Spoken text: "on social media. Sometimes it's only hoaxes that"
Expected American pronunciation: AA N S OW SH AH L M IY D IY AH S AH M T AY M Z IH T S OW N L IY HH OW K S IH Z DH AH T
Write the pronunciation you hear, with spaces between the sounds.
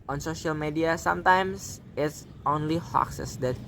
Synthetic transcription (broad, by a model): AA N S OW SH AH L M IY D IY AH S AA M T AY M S IH T S OW N L IY HH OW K S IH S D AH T